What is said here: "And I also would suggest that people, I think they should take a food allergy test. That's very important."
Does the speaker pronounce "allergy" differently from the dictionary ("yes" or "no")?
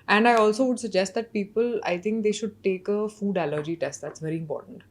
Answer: no